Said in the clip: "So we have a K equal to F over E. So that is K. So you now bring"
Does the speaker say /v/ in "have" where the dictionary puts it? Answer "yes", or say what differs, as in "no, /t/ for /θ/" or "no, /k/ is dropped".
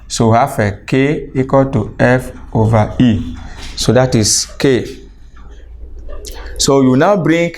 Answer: no, /f/ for /v/